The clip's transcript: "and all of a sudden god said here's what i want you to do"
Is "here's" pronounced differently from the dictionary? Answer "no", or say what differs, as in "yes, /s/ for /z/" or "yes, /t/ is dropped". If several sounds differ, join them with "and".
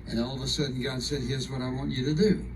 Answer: no